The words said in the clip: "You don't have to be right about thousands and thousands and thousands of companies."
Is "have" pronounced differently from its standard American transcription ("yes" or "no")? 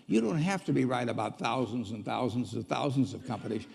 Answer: yes